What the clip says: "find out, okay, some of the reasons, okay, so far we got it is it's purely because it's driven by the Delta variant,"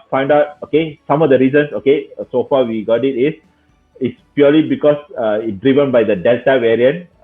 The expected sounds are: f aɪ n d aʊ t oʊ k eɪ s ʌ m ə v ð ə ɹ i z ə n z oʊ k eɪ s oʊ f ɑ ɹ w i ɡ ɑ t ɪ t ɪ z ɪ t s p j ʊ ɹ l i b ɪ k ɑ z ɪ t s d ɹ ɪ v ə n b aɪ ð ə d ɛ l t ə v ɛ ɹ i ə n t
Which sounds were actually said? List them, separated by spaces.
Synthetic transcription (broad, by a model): f aɪ n d aʊ t oʊ k eɪ s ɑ m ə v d ə ɹ i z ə n s oʊ k eɪ s oʊ f ɑ w i ɡ ɑ t ɪ t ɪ s ɪ t s p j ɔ l i b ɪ k ɑ s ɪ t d ɹ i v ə n b aɪ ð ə d ɛ l t ə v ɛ ɹ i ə n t